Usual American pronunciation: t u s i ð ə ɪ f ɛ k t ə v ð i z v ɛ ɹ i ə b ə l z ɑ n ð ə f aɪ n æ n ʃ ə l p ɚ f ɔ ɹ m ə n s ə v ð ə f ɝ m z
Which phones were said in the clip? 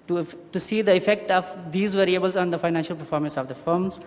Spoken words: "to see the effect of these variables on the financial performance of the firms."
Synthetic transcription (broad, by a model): t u s i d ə ɪ f ɛ k t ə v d i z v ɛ ɹ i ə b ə l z ɑ n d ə f aɪ n æ n ʃ ə l p ɚ f ɔ ɹ m ə n s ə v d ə f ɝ m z